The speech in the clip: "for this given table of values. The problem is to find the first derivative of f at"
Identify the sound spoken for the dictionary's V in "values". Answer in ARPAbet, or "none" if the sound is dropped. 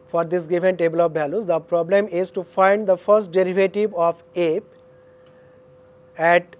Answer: B